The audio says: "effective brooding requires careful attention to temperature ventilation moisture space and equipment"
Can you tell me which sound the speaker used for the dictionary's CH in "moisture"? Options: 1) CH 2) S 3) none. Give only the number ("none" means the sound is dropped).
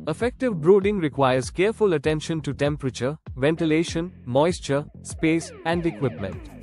1